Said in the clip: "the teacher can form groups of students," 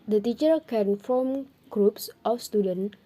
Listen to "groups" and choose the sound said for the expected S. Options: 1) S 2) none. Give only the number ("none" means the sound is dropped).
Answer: 1